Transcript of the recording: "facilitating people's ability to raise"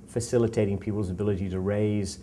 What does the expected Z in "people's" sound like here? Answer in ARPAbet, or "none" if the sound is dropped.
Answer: Z